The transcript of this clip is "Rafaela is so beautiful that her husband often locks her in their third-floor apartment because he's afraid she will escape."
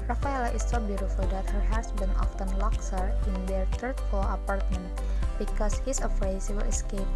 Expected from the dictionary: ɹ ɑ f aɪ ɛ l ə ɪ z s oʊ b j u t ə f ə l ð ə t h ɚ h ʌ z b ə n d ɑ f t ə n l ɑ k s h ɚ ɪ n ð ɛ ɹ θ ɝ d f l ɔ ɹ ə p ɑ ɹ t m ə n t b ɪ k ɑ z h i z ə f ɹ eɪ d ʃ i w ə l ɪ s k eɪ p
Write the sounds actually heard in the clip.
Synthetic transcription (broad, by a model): ɹ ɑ f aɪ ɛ l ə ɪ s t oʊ b j u t ə f ə l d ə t h ɚ h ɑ s b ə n ɑ f t ə n l ɑ k s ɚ ɪ n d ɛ ɹ t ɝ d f ɔ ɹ ə p ɑ ɹ t m ə n t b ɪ k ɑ s h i s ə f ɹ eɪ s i w ə l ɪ s k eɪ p